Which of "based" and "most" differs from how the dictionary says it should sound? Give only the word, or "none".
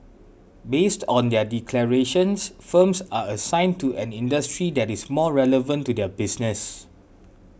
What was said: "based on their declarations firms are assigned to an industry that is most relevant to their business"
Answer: most